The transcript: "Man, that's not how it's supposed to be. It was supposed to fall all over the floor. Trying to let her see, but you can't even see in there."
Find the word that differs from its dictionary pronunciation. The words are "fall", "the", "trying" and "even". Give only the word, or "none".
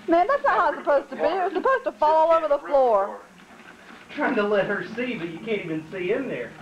none